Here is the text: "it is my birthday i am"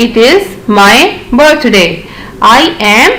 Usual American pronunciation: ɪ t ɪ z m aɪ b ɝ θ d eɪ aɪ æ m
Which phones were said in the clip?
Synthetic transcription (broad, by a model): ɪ t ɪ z m aɪ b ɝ t d eɪ aɪ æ m